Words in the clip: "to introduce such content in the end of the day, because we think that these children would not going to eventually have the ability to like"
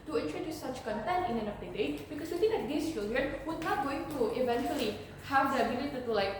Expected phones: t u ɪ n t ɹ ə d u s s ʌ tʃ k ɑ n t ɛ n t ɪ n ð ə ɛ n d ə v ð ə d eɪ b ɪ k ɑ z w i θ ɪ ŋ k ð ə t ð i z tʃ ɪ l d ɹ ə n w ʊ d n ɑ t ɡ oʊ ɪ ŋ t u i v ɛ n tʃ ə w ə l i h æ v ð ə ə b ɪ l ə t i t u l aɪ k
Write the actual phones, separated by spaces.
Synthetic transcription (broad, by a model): t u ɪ n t ɹ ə d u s s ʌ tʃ k ɑ n t ɛ n t ɪ n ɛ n ə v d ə d eɪ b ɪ k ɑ s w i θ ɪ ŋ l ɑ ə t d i s tʃ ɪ l d ɹ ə n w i n ɑ t ɡ oʊ ɪ ŋ t u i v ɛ n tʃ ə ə l i h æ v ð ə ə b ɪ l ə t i t u l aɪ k